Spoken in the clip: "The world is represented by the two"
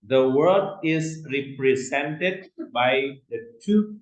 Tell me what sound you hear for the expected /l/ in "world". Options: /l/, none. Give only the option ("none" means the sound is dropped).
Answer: none